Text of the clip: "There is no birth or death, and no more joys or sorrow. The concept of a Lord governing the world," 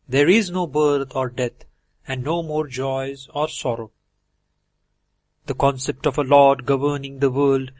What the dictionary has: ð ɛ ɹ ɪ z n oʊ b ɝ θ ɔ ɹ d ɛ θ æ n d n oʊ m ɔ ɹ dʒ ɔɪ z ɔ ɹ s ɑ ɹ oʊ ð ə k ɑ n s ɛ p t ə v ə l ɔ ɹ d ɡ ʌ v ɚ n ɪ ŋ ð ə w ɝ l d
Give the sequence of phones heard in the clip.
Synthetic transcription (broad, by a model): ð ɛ ɹ ɪ z n oʊ b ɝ t ɔ ɹ d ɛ t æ n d n oʊ m ɔ ɹ dʒ ɔɪ z ɔ ɹ s ɑ ɹ oʊ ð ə k ɑ n s ɛ p t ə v ə l ɔ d ɡ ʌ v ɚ n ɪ ŋ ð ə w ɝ l d